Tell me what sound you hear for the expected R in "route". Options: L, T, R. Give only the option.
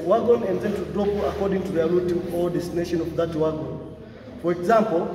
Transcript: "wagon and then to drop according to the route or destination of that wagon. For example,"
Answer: L